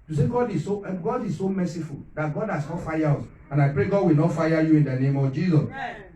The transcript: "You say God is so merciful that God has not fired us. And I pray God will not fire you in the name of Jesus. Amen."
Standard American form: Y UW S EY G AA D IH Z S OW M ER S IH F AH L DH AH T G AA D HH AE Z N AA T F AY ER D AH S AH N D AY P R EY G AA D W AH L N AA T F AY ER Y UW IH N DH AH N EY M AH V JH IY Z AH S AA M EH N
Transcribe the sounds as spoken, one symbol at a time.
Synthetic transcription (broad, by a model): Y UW S EY G AA D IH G S OW M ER S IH F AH L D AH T G AA D HH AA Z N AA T F AY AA AO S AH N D AY P R EY G AA D W AH L N AA T F AY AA Y UW IH N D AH N EY M AH V JH IY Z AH S